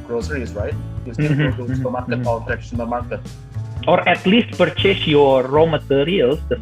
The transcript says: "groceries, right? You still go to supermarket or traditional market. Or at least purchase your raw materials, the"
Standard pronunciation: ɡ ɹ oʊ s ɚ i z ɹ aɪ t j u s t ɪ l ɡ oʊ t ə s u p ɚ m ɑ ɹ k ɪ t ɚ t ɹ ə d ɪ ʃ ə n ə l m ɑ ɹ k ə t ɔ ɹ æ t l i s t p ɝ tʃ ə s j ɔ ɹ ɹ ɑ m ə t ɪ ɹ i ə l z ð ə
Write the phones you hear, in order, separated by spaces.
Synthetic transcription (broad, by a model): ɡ ɹ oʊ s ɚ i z ɹ aɪ t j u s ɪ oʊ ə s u ɚ m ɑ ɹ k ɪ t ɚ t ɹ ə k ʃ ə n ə m ɑ ɹ k ə t ɔ ɹ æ t l i s t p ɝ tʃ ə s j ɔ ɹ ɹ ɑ m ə t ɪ ɹ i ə l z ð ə